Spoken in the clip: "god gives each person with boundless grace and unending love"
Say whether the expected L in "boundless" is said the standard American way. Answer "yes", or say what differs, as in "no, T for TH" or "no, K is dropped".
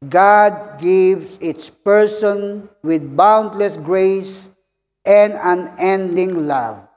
yes